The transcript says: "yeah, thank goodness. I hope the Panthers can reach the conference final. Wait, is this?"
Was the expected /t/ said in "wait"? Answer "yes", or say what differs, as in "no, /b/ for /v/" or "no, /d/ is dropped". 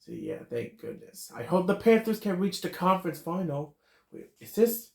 no, /t/ is dropped